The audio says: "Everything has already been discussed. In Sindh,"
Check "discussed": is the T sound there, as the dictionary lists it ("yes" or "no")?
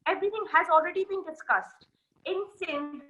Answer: yes